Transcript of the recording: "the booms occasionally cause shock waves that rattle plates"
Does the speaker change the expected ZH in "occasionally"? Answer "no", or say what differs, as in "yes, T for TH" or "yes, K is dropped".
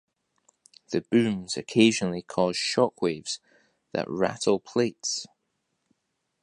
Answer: no